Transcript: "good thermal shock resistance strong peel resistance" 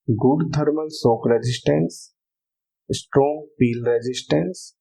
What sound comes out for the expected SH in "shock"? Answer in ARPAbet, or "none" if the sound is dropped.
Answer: S